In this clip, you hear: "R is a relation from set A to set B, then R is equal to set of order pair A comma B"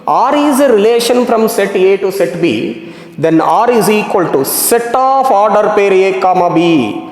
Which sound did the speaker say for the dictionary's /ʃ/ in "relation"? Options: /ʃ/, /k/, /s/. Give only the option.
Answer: /ʃ/